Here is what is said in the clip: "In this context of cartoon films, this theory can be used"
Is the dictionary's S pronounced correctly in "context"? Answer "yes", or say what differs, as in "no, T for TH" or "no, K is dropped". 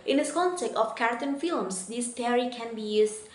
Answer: no, S is dropped